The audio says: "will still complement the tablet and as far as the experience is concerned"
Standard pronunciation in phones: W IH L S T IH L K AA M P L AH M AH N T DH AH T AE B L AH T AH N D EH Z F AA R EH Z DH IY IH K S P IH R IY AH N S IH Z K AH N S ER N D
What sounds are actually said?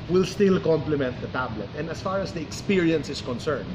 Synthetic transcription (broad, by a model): W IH L S T IH L K AA M P L AH M AH N T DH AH T AE B L AH T AH N D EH S F AA R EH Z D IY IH K S P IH R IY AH N S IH S K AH N S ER N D